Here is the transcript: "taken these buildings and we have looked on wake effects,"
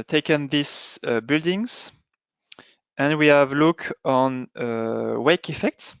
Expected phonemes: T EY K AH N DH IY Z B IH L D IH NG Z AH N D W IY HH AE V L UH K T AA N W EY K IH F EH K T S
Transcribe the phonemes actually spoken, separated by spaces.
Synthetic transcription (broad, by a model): T EY K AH N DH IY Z B IH L D IH NG Z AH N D W IY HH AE V L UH K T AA N W EY K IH F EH K T S